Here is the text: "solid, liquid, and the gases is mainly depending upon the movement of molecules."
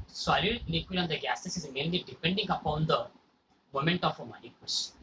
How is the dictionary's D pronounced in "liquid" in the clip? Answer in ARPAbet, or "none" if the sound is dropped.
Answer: none